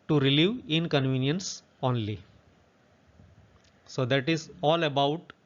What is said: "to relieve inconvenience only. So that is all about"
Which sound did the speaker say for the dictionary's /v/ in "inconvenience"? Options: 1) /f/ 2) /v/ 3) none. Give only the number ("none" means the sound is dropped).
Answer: 2